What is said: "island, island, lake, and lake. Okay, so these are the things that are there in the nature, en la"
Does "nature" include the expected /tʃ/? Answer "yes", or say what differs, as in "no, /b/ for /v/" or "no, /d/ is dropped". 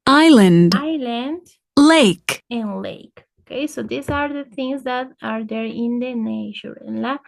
no, /ʃ/ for /tʃ/